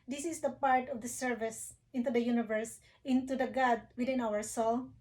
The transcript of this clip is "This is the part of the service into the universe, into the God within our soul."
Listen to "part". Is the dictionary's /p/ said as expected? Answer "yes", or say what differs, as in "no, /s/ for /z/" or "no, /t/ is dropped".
yes